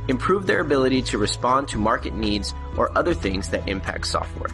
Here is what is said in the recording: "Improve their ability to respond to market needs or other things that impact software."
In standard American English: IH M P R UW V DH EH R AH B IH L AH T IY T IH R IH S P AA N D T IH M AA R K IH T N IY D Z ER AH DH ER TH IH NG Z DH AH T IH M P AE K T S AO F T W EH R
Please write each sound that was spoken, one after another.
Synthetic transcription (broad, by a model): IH M P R UW V DH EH R AH B IH L AH T IY T IH R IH S P AA N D T IH M AA R K IH T N IY D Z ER AH DH ER TH IH NG Z DH AH T IH M P AE K T S AO F T W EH R